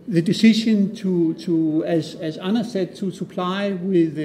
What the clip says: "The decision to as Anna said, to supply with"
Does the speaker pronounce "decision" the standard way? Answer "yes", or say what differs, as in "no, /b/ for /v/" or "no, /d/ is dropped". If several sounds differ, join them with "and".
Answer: no, /ʃ/ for /ʒ/